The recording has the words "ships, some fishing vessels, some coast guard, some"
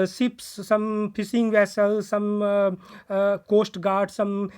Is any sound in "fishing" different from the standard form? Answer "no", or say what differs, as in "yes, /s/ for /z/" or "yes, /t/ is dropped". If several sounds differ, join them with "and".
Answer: yes, /s/ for /ʃ/